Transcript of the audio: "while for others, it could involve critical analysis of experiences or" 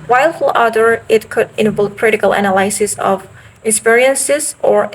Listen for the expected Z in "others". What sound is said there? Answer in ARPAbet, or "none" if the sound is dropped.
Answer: none